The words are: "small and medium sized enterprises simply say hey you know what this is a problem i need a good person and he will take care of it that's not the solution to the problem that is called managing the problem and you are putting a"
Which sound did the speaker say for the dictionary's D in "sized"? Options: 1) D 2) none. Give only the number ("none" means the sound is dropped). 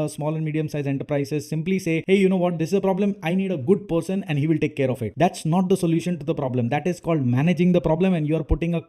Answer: 2